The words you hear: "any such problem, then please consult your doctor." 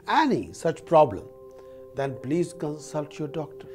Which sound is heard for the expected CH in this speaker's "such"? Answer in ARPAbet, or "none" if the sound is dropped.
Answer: CH